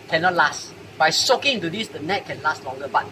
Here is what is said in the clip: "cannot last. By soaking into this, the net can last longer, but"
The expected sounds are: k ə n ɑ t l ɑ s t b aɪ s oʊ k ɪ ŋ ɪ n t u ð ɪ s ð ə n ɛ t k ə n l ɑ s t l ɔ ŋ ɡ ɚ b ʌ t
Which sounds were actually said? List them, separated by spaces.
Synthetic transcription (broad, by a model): k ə n ɑ t l ɑ s t b aɪ s oʊ k ɪ ŋ ɪ n t u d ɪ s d ə n ɛ t k ə n l ɑ s t l ɔ ŋ ɡ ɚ b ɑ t